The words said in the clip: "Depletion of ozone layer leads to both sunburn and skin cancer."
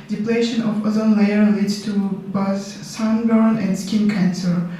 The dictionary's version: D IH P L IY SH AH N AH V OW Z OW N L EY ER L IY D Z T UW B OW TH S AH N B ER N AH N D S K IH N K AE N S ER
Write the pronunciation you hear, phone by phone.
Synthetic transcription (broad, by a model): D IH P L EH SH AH N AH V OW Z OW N L EY ER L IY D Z T UW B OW S S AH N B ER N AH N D S K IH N K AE N S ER